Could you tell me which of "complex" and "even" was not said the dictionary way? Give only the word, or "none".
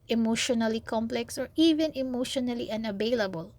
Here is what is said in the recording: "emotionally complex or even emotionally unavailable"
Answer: none